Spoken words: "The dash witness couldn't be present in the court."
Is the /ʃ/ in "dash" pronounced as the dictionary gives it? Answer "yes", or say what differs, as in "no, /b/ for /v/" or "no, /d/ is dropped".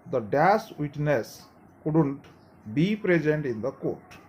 no, /s/ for /ʃ/